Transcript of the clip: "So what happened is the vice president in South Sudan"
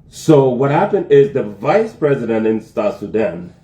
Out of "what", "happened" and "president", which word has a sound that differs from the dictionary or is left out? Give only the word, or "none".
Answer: none